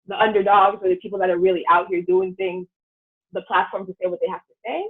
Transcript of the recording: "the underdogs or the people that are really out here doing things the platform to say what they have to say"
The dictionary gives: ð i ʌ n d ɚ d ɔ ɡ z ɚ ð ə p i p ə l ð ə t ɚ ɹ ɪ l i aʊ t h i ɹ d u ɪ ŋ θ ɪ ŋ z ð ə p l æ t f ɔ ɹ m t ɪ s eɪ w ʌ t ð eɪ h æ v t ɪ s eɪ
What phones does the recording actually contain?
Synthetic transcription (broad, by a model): ð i ʌ n d ɚ d ɔ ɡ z ɚ ð ə p i p l ð ə t ɚ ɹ ɪ l i aʊ t h i ɹ d u ɪ ŋ θ ɪ ŋ z ð ə p l æ t f ɔ ɹ m t ɪ s eɪ w ʌ t ð eɪ h æ f t ɪ s eɪ